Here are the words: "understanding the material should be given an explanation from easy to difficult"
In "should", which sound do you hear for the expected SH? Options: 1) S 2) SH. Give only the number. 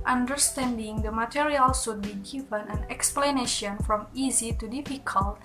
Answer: 1